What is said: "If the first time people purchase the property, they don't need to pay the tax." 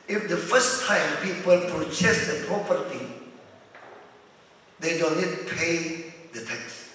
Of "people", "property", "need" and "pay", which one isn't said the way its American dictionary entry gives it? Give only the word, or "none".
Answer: none